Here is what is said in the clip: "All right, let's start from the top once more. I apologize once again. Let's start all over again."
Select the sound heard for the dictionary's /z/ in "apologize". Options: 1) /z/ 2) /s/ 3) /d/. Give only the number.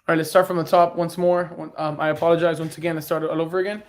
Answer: 1